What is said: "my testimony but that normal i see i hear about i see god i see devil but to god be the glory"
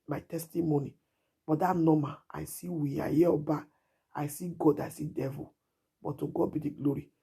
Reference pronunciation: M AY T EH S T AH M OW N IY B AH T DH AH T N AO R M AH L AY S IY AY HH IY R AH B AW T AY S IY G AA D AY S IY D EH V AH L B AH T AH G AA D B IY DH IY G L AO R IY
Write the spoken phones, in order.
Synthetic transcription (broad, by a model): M AY T EH S T AH M OW N IY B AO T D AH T N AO M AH AY S IY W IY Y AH B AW AY S IY G AA D AY S IY D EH V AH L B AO T AH G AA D B IY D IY G L AO R IY